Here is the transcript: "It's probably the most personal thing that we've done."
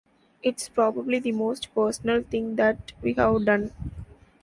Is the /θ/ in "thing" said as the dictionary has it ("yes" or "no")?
no